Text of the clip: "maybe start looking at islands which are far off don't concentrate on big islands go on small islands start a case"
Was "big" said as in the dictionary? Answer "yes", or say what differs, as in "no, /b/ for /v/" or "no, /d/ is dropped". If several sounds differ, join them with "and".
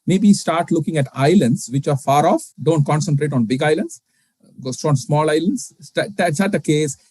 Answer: yes